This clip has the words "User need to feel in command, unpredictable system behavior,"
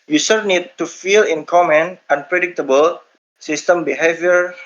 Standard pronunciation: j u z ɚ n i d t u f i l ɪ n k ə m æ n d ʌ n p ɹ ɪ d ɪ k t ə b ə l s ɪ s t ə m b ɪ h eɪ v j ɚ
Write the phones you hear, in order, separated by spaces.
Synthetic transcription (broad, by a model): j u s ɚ n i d t u f i l ɪ n k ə m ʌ n ʌ n p ɹ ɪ d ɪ k t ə b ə l s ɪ s t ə m b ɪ h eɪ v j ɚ